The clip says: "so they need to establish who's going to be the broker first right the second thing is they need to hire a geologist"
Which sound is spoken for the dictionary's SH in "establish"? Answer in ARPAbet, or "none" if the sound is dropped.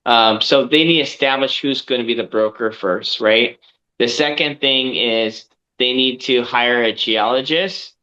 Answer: SH